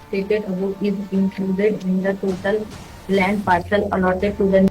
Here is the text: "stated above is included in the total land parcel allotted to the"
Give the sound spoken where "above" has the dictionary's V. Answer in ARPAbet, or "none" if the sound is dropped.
none